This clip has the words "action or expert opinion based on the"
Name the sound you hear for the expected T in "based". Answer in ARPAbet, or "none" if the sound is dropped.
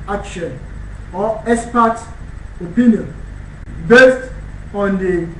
T